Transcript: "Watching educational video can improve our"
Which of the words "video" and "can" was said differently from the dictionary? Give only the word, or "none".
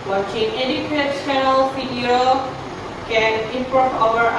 video